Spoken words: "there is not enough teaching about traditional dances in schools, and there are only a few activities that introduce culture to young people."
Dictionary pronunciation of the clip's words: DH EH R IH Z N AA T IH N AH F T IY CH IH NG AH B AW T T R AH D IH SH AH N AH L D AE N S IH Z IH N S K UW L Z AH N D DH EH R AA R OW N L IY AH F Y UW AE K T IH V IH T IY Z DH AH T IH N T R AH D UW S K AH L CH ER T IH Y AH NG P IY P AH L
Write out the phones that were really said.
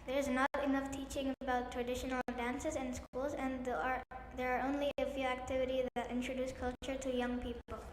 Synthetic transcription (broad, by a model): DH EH R IH Z N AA T IH N AH F T IY CH IH NG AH B AW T T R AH D IH SH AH N L D AE N S IH Z IH N S K UW L Z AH N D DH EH R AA R OW N L IY AH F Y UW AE K T IH V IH T IY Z DH AH T IH N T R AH D UW S K AH L CH ER T IH Y AH NG P IY P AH L